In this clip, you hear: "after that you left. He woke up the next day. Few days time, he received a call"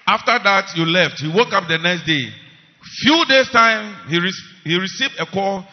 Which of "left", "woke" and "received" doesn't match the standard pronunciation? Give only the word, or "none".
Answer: none